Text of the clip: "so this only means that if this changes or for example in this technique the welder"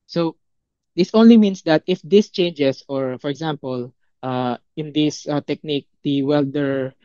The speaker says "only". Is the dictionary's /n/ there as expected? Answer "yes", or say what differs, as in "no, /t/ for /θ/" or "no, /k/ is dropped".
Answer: yes